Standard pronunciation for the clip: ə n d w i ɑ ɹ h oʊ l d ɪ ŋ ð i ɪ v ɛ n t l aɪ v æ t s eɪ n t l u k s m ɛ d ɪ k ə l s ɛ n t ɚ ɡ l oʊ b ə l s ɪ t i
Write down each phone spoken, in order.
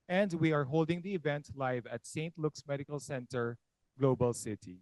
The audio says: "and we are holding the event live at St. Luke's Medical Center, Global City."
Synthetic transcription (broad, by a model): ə n d w i ɑ ɹ h oʊ l d ɪ ŋ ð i ɪ v ɛ n t l aɪ v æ t s eɪ n t l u k s m ɛ d ɪ k ə l s ɛ n t ɚ ɡ l oʊ b ə l s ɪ t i